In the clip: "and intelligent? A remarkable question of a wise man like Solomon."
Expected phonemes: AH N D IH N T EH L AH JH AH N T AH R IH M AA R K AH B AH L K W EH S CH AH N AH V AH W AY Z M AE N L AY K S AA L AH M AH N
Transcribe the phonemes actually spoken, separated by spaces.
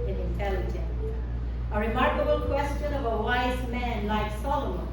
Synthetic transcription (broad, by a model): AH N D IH N T EH L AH JH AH N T AH R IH M AA R K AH B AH L K W EH S CH AH N AH V AH W AY Z M AE N L AY K S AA L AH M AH N